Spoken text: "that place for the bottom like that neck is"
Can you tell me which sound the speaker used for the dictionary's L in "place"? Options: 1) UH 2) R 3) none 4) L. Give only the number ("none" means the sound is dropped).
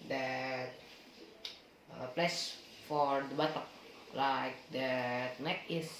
4